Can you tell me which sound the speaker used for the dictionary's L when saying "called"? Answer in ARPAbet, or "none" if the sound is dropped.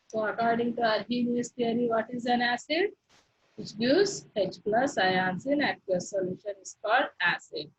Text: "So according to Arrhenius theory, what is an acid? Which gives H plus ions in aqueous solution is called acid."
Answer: none